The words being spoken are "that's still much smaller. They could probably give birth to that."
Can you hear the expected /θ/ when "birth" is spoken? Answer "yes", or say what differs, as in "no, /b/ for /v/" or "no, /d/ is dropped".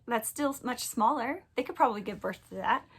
yes